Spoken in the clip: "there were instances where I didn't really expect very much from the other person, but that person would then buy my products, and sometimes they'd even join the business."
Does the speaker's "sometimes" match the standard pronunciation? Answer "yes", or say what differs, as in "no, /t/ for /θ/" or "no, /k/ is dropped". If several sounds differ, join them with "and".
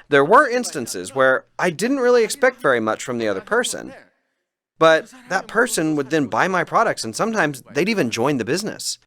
yes